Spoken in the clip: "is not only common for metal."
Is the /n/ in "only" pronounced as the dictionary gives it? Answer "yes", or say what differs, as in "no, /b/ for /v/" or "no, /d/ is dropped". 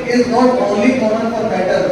no, /n/ is dropped